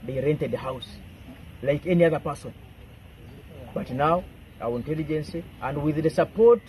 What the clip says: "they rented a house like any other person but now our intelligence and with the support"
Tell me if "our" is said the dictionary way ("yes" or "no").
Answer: no